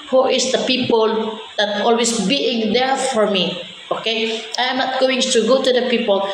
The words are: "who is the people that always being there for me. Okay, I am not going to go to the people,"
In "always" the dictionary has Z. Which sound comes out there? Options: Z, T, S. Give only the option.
S